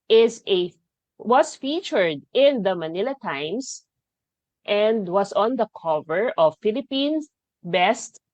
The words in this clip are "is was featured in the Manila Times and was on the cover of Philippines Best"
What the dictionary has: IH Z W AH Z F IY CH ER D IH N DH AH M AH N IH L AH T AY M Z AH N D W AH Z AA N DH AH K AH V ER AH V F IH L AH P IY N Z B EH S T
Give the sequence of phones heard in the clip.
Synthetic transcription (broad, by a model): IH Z W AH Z F IY CH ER D IH N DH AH M AH N IH L AH T AY M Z AH N D W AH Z AA N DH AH K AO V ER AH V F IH L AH P IY N S B EH S T